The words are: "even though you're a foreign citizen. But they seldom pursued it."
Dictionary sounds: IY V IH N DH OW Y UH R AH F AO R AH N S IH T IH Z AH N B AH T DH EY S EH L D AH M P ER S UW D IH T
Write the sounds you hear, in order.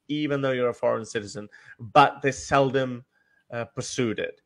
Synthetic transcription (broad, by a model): IY V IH N DH OW Y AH R AH F AO R AH N S IH T IH Z AH N B AH T DH EY S EH L D AH M P ER S UW D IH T